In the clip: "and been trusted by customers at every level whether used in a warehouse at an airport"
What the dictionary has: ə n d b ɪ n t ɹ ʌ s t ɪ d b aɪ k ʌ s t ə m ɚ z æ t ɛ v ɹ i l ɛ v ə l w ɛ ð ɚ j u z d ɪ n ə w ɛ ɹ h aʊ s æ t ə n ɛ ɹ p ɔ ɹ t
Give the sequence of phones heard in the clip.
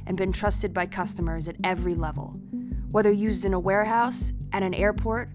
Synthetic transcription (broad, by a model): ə n b ɪ n t ɹ ʌ s t ɪ d b aɪ k ʌ s t ə m ɚ z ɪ t ɛ v ɹ i l ɛ v ə l w ɛ ð ɚ j u z d ɪ n ə w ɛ ɹ h aʊ s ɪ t ə n ɛ ɹ p ɔ ɹ t